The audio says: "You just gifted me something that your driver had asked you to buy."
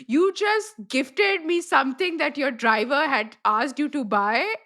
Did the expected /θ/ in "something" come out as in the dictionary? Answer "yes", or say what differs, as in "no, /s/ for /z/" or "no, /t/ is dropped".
no, /t/ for /θ/